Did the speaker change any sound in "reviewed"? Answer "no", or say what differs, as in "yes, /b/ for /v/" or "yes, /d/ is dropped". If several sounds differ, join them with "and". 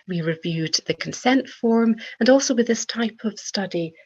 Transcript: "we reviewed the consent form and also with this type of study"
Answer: no